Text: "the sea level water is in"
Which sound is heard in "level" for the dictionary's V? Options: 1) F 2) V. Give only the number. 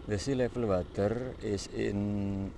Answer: 1